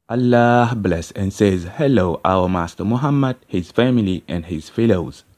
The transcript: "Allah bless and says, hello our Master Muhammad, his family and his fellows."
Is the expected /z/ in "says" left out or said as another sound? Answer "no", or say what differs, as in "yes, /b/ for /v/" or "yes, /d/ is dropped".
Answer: no